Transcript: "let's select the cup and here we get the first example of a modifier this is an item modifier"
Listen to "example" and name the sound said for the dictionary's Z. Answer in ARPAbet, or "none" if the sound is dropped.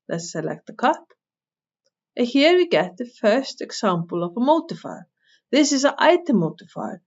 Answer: S